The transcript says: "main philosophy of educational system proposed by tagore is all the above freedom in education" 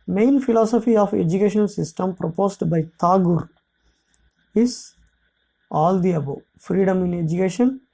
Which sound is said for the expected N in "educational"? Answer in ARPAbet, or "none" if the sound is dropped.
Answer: none